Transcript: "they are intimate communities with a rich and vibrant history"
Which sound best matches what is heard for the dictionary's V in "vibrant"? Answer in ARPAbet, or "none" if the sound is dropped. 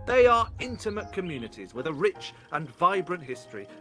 V